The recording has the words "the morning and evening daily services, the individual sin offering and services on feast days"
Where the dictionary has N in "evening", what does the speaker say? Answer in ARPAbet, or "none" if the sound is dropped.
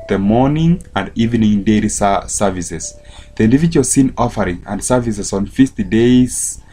N